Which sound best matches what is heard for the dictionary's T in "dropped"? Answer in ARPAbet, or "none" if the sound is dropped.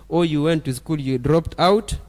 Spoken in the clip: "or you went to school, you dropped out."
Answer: T